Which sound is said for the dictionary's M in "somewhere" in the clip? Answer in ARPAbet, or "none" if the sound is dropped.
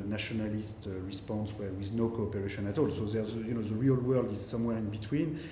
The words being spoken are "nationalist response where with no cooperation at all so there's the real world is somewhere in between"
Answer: M